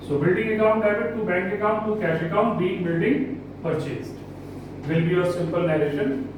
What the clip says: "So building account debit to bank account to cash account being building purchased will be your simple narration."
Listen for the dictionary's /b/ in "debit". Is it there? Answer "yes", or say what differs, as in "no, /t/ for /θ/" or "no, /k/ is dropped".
no, /b/ is dropped